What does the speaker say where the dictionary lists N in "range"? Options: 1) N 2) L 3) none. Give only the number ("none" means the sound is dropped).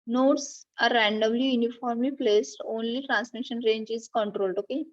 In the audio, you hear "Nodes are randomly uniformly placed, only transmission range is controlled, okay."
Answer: 1